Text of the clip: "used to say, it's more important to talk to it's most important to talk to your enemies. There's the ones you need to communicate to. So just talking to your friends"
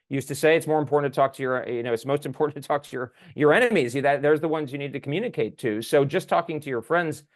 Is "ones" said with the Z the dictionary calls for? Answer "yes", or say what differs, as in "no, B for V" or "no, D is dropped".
yes